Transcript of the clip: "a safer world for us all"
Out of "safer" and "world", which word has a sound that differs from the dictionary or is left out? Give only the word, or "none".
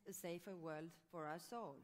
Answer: none